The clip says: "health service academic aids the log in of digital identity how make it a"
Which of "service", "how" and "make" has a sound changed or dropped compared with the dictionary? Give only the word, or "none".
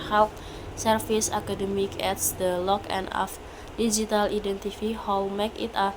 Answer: service